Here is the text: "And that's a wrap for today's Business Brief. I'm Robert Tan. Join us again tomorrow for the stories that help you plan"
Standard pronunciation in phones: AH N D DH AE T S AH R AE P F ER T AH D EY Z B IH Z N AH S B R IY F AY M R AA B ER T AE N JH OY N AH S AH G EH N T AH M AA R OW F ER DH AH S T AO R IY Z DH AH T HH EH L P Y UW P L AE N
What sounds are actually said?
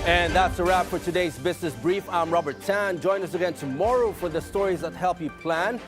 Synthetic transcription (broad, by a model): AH N DH AE T S AH R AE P F ER T AH D EY Z B IH Z N AH S B R IY F AY M R AA B ER T AE N JH OY N AH S AH G EH N T AH M AA R OW F ER DH AH S T AO R IY Z DH AH T HH EH L P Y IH P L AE N